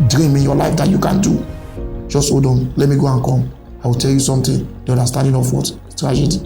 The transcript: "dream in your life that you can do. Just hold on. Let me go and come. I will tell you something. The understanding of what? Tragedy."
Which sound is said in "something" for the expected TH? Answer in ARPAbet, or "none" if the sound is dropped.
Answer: T